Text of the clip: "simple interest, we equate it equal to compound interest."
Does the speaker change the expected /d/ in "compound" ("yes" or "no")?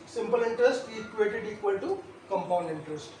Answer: no